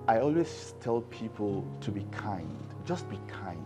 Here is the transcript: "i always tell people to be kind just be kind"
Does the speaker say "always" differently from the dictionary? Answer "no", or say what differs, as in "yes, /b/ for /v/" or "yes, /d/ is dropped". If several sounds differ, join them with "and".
yes, /s/ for /z/